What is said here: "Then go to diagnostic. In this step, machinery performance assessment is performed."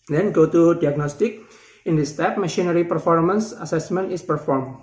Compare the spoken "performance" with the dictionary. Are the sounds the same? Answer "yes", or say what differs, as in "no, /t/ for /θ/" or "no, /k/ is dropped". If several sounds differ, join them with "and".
yes